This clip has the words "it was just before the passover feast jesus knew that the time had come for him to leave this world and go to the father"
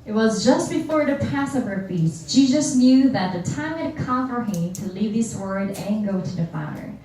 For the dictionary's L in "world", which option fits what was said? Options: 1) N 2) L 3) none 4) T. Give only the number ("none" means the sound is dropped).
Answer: 3